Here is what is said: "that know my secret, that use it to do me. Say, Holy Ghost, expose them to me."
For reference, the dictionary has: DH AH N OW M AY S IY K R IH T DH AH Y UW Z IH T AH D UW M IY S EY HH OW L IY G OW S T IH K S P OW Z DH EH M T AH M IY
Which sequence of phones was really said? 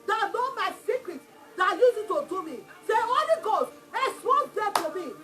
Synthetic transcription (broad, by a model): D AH N OW M AY S IY K R IH T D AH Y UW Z IH T AH D UW M IY S EY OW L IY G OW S IH S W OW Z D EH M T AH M IY